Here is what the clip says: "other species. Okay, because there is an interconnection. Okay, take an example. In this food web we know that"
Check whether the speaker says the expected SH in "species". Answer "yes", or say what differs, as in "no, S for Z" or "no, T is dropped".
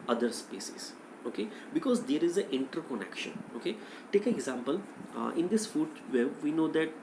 no, S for SH